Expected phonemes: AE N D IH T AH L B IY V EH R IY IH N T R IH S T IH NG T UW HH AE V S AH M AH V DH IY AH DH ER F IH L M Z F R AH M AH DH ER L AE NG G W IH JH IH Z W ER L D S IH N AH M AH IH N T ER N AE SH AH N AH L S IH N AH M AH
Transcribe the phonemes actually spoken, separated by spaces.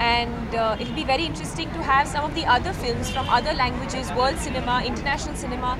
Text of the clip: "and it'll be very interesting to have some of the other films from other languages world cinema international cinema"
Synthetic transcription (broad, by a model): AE N D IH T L B IY V EH R IY IH N T R IH S T IH NG T UW HH AE V S AH M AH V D IY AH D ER F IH L M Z F R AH M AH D ER L AE NG G W IH JH IH Z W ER L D S IH N AH M AH IH N T ER N AE SH AH N AH L S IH N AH M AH